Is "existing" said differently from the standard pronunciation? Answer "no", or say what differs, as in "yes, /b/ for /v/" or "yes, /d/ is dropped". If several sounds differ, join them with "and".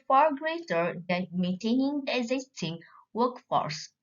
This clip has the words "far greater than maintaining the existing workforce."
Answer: no